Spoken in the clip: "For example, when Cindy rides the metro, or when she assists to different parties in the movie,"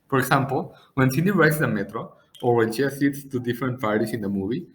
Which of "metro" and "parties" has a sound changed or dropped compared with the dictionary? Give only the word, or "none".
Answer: parties